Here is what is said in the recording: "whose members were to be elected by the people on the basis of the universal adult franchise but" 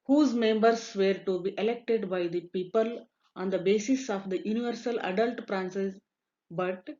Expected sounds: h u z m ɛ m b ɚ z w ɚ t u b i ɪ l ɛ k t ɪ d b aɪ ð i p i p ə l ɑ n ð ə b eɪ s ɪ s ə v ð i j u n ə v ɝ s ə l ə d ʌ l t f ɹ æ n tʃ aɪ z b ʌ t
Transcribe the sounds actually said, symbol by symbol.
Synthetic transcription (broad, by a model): h u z m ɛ m b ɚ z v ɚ t u b i ɪ l ɛ k t ɪ d b aɪ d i p i p ə l ɑ n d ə b eɪ s ɪ s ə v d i j u n ə v ɝ s ə l ə d ʌ l t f ɹ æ n s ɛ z b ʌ t